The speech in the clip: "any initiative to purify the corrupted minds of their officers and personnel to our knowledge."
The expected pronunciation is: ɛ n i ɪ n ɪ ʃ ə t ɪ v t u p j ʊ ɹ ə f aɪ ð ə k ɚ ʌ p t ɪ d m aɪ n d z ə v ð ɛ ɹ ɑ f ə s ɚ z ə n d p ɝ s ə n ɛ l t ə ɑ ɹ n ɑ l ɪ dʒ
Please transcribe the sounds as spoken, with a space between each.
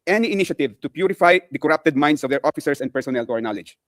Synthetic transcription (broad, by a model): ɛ n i ɪ n ɪ ʃ ə t ɪ v t u p j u ɹ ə f aɪ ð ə k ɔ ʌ p t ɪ d m aɪ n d s ə v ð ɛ ɹ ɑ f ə s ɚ s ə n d p ɝ s ə n ɛ l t ɑ ɹ n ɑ l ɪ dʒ